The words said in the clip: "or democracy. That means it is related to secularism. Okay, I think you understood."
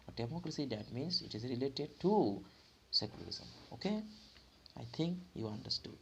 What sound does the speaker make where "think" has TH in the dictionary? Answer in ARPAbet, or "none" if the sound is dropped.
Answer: T